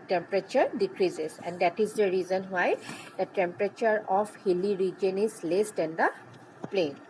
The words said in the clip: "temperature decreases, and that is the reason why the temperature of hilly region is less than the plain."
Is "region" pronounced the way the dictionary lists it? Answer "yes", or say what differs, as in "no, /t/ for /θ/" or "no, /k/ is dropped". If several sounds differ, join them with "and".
yes